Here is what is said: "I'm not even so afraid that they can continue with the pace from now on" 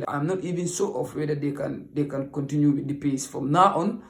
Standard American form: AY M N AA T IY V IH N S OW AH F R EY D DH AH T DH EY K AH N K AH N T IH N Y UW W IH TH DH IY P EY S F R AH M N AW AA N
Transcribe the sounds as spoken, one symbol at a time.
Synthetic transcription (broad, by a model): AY M N AA T IY V IH N S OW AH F W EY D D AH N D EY K AH N K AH N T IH N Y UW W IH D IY P EY S F R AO M N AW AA N